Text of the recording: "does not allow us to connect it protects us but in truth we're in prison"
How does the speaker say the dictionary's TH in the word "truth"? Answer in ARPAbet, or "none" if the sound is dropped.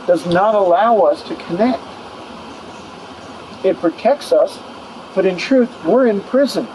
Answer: TH